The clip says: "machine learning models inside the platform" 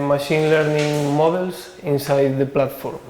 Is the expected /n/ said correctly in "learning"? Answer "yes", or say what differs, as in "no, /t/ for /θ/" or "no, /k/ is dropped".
yes